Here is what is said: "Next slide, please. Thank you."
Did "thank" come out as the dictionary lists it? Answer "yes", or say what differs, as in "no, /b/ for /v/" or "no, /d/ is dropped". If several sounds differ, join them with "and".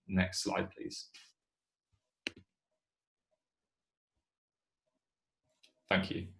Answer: yes